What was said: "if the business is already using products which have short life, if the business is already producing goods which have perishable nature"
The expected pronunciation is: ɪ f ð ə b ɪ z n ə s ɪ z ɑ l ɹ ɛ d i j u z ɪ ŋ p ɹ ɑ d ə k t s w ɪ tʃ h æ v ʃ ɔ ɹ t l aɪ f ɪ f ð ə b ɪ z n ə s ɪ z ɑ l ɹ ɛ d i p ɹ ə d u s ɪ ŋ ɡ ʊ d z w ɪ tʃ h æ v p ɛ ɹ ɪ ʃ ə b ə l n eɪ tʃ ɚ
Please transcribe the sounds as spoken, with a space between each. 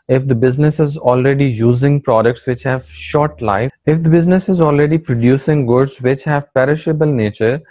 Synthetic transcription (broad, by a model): ɪ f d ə b ɪ z n ə s ɪ z ɑ l ɹ ɛ d i j u z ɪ ŋ p ɹ ɑ d ə k t s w ɪ tʃ h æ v ʃ ɔ ɹ t l aɪ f ɪ f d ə b ɪ z n ə s ɪ z ɑ l ɹ ɛ d i p ɹ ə d u s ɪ ŋ ɡ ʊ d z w ɪ tʃ h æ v p ɛ ɹ ɪ ʃ ə b ə l n eɪ tʃ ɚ